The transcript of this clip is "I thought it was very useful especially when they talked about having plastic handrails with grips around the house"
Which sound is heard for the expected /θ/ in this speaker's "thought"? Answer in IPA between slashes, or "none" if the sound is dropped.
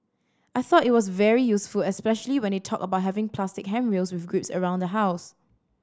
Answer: /θ/